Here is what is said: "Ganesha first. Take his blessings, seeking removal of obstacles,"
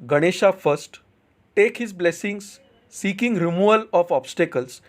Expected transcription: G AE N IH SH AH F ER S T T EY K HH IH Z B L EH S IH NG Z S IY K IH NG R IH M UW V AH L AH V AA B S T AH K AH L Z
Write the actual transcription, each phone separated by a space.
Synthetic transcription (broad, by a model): G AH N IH SH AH F ER S T T EY K HH IH Z B L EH S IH NG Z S IY K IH NG R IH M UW AH L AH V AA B S T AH K AH L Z